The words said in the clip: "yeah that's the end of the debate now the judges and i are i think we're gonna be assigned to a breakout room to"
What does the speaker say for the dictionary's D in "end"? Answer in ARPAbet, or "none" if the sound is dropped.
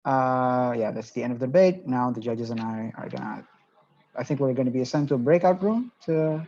D